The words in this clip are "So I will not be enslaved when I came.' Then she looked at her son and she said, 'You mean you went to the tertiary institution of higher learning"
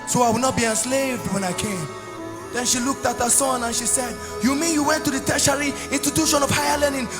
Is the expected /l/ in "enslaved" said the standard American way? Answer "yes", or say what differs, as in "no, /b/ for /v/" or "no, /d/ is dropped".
yes